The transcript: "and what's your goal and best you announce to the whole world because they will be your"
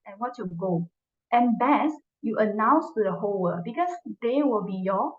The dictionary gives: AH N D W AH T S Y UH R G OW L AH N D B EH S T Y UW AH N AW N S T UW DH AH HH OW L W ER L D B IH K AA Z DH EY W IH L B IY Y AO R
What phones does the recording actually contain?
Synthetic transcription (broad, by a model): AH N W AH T Y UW G OW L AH N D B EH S Y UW AH N AW N S T UW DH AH HH OW L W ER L B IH K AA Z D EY W IH L B IY Y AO